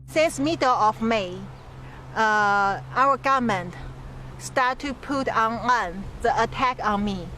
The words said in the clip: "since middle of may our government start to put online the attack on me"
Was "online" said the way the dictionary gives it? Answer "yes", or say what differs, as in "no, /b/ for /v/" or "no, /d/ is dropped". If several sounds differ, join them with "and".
no, /l/ is dropped